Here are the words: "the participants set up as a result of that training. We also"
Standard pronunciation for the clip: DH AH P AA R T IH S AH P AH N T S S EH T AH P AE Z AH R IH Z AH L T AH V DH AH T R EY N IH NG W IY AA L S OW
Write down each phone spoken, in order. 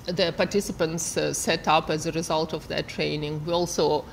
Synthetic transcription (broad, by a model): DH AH P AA R T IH S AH P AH N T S S EH T AH P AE Z AH R IH Z AH L T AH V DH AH T R EY N IH NG W IY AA L S OW